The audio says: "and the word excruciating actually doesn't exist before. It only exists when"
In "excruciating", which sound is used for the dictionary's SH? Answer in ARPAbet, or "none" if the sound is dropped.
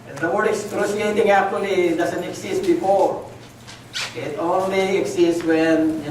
S